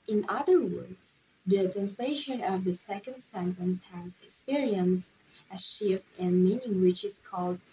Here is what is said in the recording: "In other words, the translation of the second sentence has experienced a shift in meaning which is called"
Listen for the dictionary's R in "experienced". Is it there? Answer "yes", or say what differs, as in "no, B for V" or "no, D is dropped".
yes